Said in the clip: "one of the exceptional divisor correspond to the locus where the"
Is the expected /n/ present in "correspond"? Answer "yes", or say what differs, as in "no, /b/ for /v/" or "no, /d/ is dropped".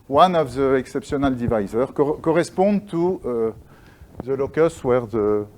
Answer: no, /n/ is dropped